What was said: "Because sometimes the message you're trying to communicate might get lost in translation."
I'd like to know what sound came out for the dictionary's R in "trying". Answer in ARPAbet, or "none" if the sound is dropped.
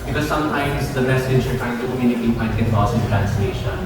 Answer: none